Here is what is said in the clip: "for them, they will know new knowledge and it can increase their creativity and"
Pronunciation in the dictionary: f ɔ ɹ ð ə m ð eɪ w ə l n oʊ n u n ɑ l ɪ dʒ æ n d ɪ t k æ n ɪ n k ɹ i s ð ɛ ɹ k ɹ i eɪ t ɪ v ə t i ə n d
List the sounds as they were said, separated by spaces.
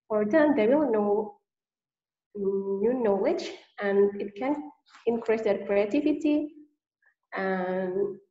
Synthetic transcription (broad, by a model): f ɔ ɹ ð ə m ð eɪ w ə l n oʊ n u n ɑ w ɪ tʃ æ n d ɪ t k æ n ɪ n k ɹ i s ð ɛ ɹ k ɹ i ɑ t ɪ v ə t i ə n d